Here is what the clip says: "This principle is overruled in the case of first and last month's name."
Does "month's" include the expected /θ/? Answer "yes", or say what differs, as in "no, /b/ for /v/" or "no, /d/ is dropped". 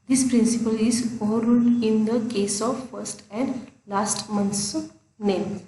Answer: no, /t/ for /θ/